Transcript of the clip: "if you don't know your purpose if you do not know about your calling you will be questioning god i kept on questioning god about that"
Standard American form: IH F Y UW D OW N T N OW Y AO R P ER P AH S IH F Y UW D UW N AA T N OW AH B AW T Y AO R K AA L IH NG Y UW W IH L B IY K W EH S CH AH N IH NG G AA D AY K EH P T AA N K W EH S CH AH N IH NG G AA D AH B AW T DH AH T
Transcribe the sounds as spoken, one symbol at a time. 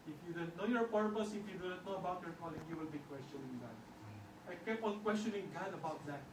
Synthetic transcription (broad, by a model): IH F Y UW D OW N T N OW Y AO R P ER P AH S IH F Y UW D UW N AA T N OW AH B AW T Y AO R K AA L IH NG Y UW W IH L B IY K W EH S CH AH N IH NG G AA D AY K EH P AA N K W EH S CH AH N IH NG G AA D AH B AW T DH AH T